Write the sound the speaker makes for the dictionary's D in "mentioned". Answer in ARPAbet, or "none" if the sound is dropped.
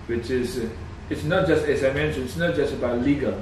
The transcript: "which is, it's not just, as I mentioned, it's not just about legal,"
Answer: none